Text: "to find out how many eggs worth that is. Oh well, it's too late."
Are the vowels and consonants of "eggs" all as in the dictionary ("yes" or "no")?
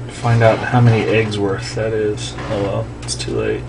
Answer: yes